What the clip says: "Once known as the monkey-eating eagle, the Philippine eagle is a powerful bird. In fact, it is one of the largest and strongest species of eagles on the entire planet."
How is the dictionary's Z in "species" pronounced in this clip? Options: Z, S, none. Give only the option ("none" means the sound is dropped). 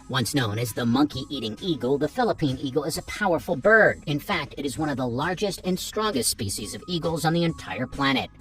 Z